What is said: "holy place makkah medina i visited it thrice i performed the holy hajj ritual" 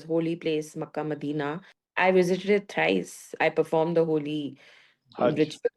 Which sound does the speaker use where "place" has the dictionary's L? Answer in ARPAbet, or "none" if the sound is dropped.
L